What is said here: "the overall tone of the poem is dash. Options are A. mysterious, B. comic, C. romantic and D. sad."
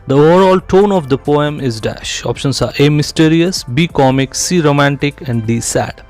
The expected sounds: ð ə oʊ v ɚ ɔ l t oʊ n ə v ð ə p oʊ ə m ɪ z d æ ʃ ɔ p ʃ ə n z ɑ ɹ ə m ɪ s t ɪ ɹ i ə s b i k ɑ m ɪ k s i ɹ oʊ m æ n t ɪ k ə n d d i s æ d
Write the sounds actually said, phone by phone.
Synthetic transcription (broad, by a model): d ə oʊ v ɚ ɔ l t oʊ n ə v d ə p oʊ ə m ɪ z d æ ʃ ɔ p ʃ ə n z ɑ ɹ ə m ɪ s t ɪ ɹ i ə s b i k ɑ m ɪ k s i ɹ oʊ m æ n t ɪ k ə n d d i s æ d